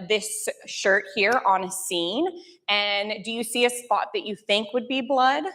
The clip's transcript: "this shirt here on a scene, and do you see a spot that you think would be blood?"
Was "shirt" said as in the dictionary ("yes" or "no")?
yes